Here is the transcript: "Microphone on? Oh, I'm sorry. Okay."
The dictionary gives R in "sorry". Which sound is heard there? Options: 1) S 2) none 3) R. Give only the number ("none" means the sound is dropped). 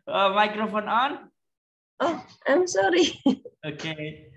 3